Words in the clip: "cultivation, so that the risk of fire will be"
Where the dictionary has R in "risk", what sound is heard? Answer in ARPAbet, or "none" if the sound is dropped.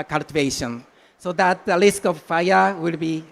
L